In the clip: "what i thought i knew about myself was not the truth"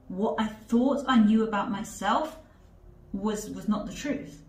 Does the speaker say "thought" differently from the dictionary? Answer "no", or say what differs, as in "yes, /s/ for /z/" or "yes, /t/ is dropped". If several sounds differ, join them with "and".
no